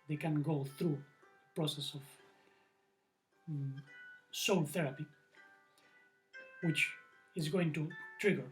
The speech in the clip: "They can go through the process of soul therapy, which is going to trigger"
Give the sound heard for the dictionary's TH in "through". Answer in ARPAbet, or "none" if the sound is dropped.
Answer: TH